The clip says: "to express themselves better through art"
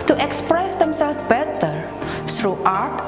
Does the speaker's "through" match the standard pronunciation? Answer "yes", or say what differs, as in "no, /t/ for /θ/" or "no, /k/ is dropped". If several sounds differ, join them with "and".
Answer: no, /s/ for /θ/